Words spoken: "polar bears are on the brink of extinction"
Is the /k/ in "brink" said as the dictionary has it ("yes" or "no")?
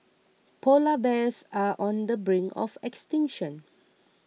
no